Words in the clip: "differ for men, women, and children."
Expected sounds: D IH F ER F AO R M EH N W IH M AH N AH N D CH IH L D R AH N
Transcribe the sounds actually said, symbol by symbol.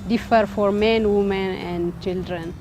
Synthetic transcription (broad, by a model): D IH F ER F AO R M EH N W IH M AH N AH N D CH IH L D R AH N